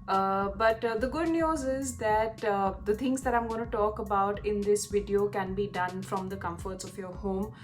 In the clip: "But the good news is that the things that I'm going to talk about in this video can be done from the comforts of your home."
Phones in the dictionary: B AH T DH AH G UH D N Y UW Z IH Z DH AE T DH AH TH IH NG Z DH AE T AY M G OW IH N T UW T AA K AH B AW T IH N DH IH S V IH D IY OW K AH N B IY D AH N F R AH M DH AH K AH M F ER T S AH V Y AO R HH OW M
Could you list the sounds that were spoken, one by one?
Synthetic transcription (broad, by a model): B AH T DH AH G UH D N Y UW Z IH Z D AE T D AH T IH NG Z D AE T AY M G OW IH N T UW T AA K AH B AW T IH N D IH S V IH D IY OW K AH N B IY D AH N F R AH M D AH K AH M F ER T S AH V Y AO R HH OW M